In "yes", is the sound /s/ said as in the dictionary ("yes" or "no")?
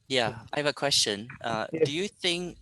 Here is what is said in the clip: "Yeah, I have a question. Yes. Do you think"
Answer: no